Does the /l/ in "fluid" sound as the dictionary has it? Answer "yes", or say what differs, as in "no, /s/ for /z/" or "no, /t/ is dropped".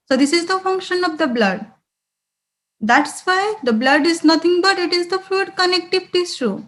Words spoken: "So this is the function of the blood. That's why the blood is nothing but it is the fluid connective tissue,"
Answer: no, /l/ is dropped